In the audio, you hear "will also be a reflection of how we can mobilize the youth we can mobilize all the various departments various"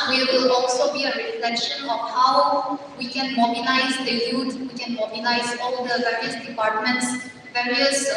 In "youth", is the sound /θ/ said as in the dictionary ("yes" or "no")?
no